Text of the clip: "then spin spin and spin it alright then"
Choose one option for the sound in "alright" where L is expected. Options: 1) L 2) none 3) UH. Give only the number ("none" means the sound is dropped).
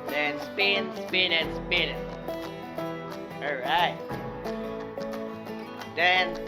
2